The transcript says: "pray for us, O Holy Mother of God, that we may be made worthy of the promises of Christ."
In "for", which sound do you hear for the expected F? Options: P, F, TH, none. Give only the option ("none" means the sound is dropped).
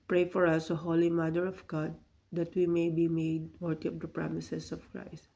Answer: F